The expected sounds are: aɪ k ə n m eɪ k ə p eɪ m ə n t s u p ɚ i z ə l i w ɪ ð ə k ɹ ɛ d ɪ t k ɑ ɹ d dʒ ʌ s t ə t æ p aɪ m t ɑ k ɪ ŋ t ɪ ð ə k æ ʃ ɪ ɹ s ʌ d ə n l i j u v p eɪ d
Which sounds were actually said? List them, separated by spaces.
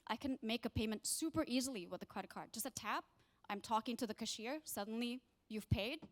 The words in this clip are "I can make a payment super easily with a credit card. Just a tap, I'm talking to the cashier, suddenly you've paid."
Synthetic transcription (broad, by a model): aɪ k ə n m eɪ k ə p eɪ m ə n t s u p ɚ i z l i w ɪ ð ə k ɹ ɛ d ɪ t k ɑ ɹ d dʒ ʌ s t ə t æ p aɪ m t ɑ k ɪ ŋ t ɪ ð ə k æ ʃ ɪ ɹ s ʌ d n l i j u v p eɪ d